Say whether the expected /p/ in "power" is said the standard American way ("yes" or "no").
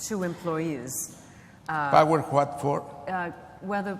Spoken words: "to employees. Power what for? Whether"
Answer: no